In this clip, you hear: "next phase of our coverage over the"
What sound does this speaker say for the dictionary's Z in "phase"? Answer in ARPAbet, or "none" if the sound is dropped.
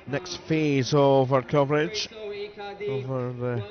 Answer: Z